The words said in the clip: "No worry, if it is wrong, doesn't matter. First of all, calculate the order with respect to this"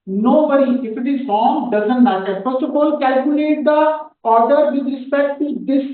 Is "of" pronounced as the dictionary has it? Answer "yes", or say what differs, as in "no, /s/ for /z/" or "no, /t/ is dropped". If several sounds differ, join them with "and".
no, /b/ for /v/